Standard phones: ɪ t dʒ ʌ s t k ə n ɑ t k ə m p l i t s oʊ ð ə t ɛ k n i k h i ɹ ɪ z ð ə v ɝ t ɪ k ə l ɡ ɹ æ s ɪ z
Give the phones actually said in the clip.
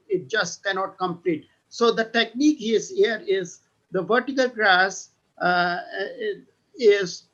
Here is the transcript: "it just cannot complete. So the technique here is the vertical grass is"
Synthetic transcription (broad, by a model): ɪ t dʒ ʌ s t k ə n ɑ t k ə m p l i t s oʊ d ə t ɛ k n i k h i ɹ ɪ z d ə v ɝ t ɪ k ə l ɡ ɹ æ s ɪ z